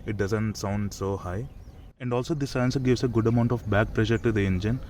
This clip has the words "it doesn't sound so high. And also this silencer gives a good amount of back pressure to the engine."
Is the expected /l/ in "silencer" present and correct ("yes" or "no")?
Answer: no